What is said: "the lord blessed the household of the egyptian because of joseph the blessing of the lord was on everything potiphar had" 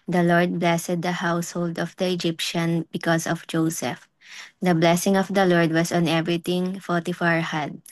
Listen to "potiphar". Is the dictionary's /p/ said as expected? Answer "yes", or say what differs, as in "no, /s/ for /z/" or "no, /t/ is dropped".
no, /f/ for /p/